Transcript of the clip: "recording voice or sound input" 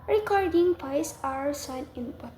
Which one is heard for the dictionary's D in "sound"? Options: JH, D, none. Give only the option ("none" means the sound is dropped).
none